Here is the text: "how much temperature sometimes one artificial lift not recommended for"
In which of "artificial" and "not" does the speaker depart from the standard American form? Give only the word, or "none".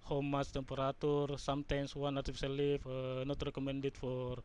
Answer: artificial